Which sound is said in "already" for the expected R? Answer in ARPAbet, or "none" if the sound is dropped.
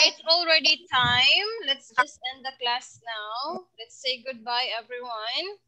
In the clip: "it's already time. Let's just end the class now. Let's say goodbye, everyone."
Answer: R